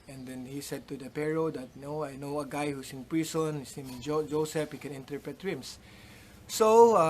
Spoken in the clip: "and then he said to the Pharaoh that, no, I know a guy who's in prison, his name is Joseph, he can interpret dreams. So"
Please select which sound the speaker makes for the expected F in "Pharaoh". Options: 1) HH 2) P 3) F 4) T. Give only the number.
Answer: 2